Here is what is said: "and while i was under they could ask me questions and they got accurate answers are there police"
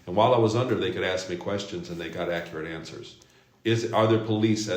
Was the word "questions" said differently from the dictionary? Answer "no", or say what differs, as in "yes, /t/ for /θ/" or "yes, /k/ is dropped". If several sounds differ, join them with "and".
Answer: no